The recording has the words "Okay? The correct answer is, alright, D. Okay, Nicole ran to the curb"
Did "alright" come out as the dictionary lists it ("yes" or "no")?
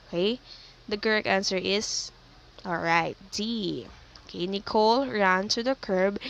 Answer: yes